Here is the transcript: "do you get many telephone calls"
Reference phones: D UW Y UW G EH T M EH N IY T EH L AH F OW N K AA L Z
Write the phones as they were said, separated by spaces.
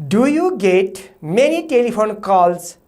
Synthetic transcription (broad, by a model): D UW Y UW G EH T M EH N IY T EH L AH P OW N K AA L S